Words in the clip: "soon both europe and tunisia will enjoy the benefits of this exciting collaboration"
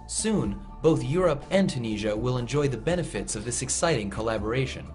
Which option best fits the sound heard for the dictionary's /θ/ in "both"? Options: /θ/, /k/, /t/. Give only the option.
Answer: /θ/